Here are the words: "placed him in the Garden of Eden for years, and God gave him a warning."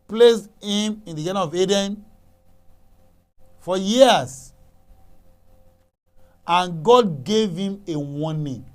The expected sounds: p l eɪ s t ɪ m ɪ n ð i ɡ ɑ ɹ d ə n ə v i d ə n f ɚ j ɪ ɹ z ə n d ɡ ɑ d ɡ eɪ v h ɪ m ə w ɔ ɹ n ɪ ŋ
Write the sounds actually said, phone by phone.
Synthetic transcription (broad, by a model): p l eɪ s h ɪ m ɪ n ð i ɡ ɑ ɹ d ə ə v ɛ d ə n f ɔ j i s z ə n ɡ ɑ d ɡ eɪ v h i m ə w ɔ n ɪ